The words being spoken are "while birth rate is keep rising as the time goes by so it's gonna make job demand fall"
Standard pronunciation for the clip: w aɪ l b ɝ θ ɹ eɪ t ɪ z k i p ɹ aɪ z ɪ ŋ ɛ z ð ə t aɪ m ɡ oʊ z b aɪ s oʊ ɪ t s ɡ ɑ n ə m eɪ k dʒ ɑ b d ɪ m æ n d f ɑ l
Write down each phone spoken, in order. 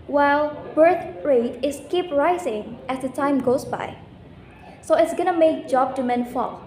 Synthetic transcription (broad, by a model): w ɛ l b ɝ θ ɹ eɪ t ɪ s k i p ɹ aɪ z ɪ ŋ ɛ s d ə t aɪ m ɡ oʊ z b aɪ s oʊ ɪ t s ɡ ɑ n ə m eɪ k dʒ ɑ b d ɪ m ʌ n f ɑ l